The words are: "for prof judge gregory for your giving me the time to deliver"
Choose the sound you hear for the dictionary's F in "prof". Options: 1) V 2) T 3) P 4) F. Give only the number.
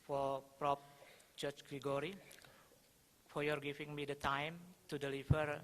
3